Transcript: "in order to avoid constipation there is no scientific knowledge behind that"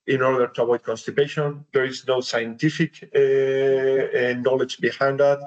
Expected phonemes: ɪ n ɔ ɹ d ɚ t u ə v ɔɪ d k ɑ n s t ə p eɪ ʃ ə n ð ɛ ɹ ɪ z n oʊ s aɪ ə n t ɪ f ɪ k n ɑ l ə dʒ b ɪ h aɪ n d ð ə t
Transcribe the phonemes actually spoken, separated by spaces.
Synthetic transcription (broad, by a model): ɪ n ɔ ɹ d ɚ t u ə b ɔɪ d k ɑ n s t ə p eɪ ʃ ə n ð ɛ ɹ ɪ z n oʊ s aɪ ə n t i f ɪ k n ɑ l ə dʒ b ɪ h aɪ n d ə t